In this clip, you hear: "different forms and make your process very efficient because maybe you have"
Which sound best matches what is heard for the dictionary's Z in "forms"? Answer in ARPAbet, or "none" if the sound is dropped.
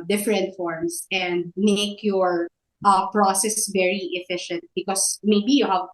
S